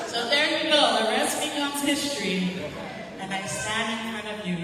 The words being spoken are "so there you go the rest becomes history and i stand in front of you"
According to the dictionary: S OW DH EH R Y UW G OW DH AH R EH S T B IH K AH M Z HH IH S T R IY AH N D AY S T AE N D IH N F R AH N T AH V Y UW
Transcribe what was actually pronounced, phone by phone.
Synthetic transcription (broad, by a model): S OW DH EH R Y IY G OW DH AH R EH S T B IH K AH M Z HH IH S T R IY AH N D AY S AE D IH N F R AH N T AH V Y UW